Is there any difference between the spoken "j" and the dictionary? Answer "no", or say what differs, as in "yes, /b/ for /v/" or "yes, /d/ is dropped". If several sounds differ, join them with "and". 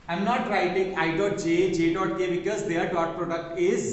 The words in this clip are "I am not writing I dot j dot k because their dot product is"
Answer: no